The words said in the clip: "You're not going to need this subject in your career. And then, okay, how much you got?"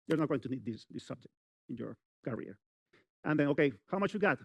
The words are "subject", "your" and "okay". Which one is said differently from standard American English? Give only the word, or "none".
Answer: none